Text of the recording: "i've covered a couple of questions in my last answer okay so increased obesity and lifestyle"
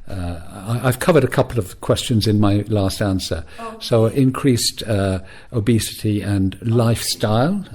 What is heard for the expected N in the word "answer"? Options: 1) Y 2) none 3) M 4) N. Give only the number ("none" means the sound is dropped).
4